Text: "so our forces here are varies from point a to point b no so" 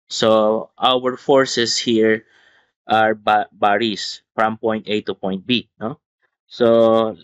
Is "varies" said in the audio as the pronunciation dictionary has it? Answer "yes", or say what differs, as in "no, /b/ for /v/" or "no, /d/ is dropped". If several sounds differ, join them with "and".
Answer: no, /b/ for /v/ and /s/ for /z/